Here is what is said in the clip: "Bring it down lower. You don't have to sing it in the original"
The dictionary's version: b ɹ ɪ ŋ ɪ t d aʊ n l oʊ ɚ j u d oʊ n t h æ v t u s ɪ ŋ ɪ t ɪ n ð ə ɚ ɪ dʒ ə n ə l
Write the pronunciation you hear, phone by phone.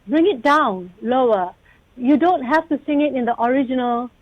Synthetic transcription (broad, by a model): b ɹ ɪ ŋ ɪ t d aʊ n l oʊ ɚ j u d oʊ n t h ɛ f t u s ɪ ŋ ɪ t ɪ n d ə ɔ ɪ dʒ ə n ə l